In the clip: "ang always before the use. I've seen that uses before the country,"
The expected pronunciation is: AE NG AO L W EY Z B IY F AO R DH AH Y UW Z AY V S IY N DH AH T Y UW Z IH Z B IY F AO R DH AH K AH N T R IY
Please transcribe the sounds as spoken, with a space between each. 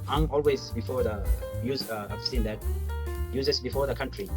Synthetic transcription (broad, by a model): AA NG AO L W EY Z B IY F AO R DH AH Y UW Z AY F S IY N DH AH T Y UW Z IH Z B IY F AO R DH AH K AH N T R IY